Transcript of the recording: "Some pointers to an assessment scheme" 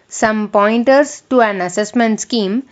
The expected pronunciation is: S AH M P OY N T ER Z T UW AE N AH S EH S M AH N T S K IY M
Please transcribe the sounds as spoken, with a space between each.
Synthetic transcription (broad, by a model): S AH M P OY N T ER S T UW AE N AH S EH S M AH N T S K IY M